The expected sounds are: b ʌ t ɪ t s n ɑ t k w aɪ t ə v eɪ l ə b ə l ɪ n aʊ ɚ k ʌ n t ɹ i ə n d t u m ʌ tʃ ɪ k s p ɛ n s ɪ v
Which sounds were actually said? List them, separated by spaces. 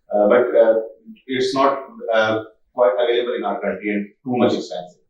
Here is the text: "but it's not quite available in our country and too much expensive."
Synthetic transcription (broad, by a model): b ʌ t ɪ t s n ɑ t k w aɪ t ə v eɪ l ə b ə l ɪ n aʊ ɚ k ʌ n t i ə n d t u m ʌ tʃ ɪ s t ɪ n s